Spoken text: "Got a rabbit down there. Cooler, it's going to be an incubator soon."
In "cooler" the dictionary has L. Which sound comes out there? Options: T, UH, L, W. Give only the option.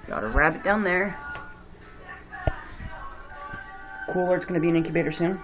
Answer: W